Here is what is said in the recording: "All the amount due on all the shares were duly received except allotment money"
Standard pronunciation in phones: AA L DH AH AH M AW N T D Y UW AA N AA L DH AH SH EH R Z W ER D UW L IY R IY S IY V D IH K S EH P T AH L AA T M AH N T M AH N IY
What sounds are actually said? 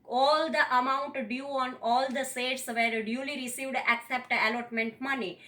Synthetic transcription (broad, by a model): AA L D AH AH M AW N T D Y UW AA N AA L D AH S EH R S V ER D UW L IY R IY S IY V D IH K S EH P T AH L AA T M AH N T M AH N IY